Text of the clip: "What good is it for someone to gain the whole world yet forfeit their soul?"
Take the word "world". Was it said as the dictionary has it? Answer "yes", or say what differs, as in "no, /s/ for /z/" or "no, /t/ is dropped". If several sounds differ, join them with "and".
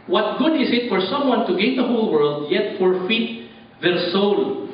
yes